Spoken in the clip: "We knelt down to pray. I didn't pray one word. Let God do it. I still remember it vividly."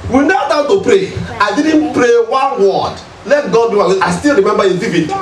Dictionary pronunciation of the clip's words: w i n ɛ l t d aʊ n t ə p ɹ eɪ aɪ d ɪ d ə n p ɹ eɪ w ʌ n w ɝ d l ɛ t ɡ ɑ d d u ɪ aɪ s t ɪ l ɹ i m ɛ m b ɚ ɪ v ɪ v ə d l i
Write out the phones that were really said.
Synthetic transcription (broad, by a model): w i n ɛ t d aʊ t ə p ɹ eɪ aɪ d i d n p ɹ eɪ w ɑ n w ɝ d l ɛ t ɡ ɑ d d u ɪ aɪ s t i l ɹ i m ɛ m b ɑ ɪ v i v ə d